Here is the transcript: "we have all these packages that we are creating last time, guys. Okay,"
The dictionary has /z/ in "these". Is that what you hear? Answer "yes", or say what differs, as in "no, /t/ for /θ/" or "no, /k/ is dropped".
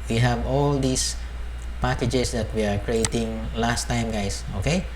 no, /s/ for /z/